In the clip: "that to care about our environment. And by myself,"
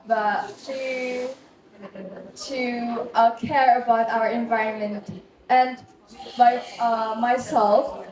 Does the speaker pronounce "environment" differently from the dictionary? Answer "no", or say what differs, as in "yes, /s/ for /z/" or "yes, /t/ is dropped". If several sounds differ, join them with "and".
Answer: no